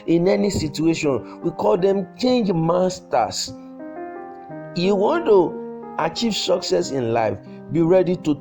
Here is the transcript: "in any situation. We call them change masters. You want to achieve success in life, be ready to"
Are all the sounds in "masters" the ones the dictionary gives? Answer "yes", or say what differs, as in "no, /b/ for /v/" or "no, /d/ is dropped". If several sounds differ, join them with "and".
no, /s/ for /z/